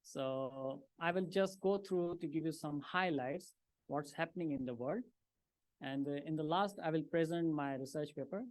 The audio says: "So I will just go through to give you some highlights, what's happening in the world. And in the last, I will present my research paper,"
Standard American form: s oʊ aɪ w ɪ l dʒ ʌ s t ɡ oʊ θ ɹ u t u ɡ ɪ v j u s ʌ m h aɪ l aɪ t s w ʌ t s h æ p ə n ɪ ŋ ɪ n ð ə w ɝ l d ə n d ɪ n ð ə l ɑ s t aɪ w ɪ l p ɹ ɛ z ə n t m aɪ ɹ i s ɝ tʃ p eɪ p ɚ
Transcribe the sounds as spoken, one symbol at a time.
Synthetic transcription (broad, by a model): s oʊ aɪ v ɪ l dʒ ʌ s t ɡ oʊ t ɹ u t u ɡ ɪ v j u s ʌ m h aɪ l aɪ t s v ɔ t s h æ p ə n ɪ ŋ ɪ n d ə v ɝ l d ə n d ɪ n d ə l ɑ s t aɪ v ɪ l p ɹ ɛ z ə n t m aɪ ɹ i s ɝ tʃ p eɪ p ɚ